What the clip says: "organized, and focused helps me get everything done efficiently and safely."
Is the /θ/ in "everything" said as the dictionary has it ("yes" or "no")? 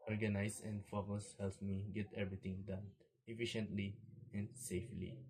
no